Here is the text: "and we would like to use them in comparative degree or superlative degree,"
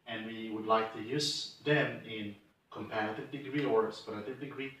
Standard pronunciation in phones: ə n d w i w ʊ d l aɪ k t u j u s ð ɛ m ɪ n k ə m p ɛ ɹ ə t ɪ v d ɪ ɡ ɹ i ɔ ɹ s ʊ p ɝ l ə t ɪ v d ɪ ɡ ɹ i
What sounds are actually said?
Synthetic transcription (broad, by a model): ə n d w i w ʊ d l aɪ k t u j u s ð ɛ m ɪ n k ə m p ɛ ɹ ə t ɪ v d ɪ ɡ ɹ i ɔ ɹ s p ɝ ə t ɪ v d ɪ ɡ ɹ i